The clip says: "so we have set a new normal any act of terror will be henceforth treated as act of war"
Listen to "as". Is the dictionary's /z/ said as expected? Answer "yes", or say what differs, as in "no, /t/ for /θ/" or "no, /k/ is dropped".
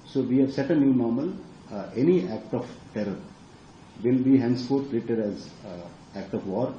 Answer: yes